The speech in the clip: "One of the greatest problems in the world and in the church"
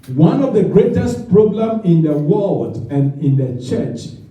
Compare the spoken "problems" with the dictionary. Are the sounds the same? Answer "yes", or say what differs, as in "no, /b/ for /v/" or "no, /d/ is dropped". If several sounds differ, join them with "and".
no, /z/ is dropped